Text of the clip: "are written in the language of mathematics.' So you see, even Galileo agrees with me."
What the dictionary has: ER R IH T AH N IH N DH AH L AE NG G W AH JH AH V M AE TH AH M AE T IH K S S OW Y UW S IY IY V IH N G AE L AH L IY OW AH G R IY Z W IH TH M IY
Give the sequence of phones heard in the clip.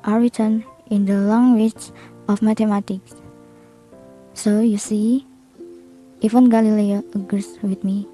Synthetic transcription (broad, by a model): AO R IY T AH N IH N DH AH L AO NG W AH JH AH F M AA T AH M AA T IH K S S OW Y UW S IY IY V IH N G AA L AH L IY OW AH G R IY S W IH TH M IY